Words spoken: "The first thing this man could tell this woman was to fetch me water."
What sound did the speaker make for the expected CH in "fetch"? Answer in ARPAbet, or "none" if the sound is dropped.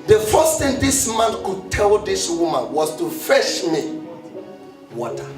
SH